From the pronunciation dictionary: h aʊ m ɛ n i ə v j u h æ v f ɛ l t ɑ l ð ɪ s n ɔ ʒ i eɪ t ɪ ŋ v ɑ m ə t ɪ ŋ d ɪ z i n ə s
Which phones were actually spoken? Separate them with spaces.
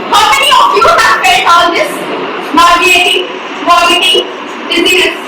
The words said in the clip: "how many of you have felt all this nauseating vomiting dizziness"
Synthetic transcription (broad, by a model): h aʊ m ɛ n i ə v j u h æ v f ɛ t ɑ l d ɪ s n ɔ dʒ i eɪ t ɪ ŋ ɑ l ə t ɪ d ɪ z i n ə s